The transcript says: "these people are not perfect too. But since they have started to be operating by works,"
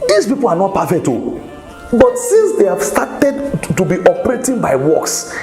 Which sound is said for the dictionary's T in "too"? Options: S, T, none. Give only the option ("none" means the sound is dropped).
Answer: T